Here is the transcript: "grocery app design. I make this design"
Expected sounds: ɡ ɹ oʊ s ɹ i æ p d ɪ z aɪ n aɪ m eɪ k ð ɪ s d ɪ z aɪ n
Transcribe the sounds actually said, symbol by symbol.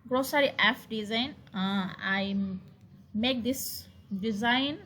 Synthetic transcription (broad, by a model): ɡ ɹ oʊ s ɹ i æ f d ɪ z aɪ n aɪ m eɪ k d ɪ s d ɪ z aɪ n